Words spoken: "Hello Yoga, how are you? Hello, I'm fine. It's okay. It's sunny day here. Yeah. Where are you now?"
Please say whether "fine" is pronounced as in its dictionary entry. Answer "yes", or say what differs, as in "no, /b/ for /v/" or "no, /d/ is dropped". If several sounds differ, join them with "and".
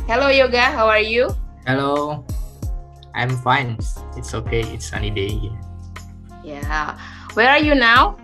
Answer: yes